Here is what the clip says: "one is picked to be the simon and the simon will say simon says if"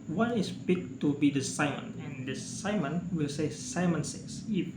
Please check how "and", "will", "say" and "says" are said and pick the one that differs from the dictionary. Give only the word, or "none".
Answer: says